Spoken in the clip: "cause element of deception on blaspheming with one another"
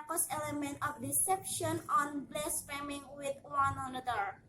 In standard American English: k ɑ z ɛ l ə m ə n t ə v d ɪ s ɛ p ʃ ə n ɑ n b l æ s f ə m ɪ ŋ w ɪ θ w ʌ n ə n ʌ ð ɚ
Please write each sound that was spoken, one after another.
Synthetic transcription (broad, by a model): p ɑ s ɛ l ə m ə n t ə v d ɪ s ɛ p ʃ ə n ɑ n b l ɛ s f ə m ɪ ŋ w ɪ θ w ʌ n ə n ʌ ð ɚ